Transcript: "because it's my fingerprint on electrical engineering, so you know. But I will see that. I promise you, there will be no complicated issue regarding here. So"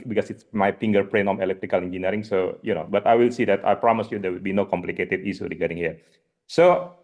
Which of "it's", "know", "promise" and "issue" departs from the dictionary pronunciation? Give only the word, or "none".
issue